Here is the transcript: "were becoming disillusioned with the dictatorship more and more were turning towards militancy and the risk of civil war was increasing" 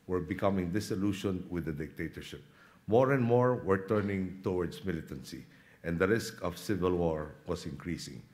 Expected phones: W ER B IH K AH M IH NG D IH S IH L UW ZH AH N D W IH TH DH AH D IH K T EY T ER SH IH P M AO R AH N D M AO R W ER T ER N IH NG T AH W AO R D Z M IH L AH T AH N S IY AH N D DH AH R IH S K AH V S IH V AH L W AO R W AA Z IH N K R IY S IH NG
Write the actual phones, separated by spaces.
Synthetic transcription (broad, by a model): W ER B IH K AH M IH NG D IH S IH L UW SH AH N W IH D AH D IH K T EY T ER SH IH P M AO R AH N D M AO R W ER T ER N IH NG T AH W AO R D S M IH L AH T AH N S IY AH N D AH R IH S K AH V S IH V AH L W AO R W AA S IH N K R IY S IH NG